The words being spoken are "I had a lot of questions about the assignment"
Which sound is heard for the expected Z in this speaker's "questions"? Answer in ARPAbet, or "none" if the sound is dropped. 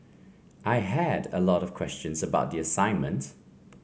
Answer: Z